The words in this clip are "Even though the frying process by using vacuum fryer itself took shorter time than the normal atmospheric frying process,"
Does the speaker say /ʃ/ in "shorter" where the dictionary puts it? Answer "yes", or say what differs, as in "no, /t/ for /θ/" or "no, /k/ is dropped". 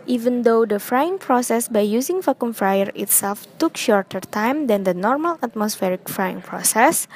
yes